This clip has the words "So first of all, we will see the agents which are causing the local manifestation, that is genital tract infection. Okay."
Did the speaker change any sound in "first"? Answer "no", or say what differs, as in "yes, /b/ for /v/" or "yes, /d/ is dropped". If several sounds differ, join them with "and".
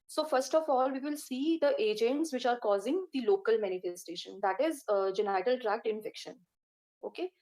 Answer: no